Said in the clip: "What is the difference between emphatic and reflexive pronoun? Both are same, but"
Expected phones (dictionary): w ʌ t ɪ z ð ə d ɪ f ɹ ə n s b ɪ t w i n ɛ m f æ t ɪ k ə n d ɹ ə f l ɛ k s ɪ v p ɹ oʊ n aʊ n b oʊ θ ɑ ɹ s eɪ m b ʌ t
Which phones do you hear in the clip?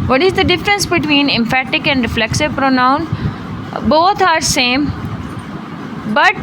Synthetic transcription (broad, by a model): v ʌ t ɪ z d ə d ɪ f ɹ ə n s b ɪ t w i n ɛ m f æ t ɪ k ə n d ɹ ə f l ɛ k s ɪ v p ɹ oʊ n aʊ n b oʊ t ɑ ɹ s eɪ m b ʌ t